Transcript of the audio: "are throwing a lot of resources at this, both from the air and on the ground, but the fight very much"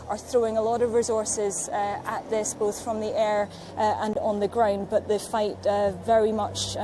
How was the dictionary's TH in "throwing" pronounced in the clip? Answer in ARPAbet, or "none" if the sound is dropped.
TH